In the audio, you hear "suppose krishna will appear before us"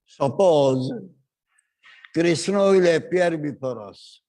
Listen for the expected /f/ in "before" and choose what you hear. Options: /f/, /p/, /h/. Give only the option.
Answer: /p/